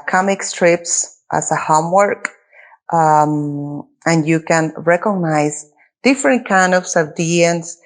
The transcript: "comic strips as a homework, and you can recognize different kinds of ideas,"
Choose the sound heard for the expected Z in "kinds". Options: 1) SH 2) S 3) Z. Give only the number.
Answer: 2